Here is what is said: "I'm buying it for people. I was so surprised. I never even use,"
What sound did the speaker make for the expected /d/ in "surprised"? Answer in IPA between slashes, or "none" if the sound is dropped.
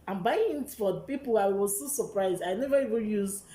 /d/